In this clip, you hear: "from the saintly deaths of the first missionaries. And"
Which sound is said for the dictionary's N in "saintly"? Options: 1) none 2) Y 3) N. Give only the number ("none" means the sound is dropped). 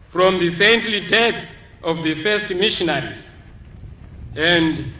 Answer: 3